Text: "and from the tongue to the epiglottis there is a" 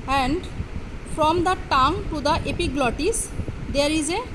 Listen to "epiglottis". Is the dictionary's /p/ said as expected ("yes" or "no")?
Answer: yes